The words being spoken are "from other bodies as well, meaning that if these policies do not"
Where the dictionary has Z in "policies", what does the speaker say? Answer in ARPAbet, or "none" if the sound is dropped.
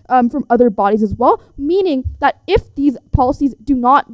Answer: Z